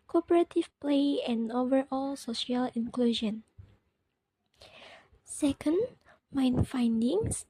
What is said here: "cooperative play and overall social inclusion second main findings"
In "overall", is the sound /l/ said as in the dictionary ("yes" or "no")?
yes